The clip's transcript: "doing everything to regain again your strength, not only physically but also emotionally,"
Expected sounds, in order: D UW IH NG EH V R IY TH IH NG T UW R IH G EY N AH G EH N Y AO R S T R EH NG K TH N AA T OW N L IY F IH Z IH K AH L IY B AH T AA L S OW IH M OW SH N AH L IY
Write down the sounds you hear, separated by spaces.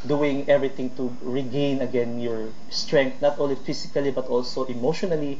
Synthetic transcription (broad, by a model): D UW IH NG EH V R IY T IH NG T UW R IH G EY N AH G EH N Y AO R S T R EH NG K T N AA T OW N L IY F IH S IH K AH L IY B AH T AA L S OW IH M OW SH N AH L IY